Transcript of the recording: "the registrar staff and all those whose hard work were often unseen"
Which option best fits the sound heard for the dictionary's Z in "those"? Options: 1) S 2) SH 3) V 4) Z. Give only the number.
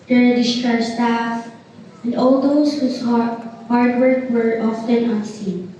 1